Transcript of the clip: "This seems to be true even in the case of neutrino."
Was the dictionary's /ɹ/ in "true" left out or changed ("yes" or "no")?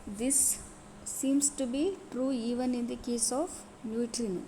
no